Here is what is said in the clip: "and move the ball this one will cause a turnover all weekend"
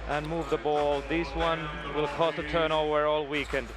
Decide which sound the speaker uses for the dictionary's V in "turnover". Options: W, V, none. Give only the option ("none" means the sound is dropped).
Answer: W